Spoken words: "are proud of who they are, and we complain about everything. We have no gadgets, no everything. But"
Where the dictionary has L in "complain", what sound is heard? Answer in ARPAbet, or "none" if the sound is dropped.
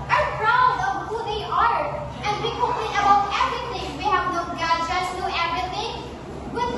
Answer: none